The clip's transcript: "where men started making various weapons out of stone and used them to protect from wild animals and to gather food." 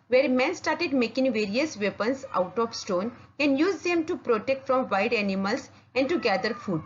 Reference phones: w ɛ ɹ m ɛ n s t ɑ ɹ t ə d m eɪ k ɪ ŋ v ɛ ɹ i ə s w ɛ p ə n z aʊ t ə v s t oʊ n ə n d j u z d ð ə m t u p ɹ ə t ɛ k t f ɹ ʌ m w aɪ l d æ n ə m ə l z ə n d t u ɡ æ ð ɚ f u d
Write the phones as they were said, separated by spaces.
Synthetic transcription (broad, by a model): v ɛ ɹ m ɛ n s t ɑ ɹ t ə d m eɪ k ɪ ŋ v ɛ ɹ i ə s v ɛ p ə n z aʊ t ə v s t oʊ n ə n d j u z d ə m t u p ɹ ə t ɛ k t f ɹ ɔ m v aɪ d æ n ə m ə l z ə n d t u ɡ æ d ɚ f u d